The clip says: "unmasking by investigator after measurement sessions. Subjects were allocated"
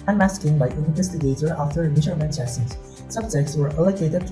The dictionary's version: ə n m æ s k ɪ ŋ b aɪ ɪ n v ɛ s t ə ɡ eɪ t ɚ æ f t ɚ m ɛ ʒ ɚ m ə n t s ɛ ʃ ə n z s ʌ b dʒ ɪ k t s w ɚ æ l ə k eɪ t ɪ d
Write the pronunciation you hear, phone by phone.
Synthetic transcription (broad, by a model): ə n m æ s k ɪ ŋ b aɪ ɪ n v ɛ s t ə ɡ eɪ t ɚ æ f t ɚ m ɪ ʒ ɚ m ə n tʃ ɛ s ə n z s ʌ b dʒ ɪ k t s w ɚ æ l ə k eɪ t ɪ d